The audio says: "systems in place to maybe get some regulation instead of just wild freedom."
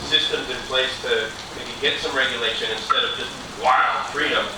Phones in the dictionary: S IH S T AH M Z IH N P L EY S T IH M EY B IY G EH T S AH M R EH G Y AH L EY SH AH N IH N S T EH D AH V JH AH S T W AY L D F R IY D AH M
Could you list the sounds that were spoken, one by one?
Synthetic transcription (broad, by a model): S IH S T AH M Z IH N P L EY S T IH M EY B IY G EH T S AH M R EH G Y AH L EY SH AH N IH N S T EH D AH V JH AH S T W AY L D F R IY D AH M